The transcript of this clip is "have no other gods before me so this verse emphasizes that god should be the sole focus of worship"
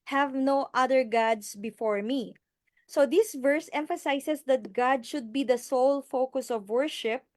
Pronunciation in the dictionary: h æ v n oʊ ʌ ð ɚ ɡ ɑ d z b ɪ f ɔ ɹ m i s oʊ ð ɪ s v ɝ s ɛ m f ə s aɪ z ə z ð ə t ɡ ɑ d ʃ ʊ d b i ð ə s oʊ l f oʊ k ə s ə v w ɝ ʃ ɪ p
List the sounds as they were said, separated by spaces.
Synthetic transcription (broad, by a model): h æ v n oʊ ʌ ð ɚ ɡ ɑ d s b ɪ f ɔ ɹ m i s oʊ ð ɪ s v ɝ s ɛ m f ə s aɪ s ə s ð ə t ɡ ɑ d ʃ ʊ d b i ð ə s oʊ l f oʊ k ə s ə v w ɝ ʃ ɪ p